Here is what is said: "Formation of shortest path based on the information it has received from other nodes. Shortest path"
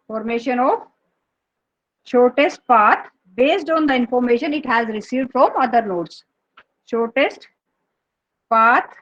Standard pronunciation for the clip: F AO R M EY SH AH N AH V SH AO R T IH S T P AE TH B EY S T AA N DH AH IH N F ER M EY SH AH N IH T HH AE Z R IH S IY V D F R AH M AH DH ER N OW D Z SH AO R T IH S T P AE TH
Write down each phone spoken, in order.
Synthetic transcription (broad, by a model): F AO R M EY SH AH N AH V SH AO R T IH S T P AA T B EY S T AA N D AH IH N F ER M EY SH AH N IH T HH AE Z R IH S IY V D F R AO M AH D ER N OW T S SH AO R T IH S T P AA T